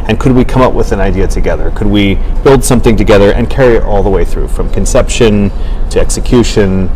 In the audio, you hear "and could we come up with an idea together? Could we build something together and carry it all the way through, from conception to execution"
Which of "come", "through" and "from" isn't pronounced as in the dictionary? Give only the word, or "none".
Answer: none